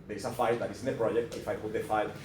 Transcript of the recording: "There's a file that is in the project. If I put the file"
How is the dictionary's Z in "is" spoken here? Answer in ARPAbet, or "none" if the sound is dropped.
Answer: S